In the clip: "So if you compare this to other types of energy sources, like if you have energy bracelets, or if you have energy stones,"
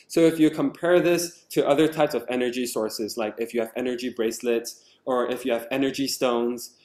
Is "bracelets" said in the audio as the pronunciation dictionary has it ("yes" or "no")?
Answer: yes